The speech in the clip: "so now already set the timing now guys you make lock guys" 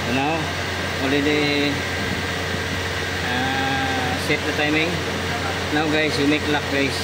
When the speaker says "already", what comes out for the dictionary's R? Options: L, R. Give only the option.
L